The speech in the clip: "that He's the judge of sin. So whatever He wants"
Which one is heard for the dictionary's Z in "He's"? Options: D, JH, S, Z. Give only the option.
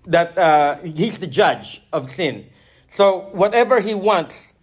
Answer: Z